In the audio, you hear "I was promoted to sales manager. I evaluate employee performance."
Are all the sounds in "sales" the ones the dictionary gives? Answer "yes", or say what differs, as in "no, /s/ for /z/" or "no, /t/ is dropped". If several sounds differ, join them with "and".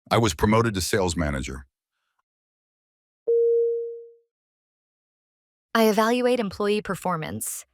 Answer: yes